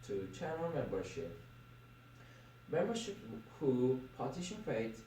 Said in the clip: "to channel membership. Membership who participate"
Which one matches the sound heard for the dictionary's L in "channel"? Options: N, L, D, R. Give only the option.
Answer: N